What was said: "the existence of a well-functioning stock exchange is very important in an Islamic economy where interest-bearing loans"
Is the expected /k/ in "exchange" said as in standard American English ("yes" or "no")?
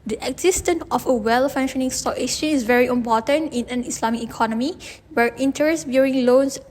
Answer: no